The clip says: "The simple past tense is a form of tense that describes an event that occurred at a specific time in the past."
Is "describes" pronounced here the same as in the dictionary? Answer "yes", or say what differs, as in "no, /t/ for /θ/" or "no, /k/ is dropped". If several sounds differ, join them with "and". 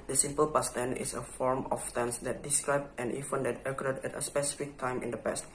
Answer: no, /z/ is dropped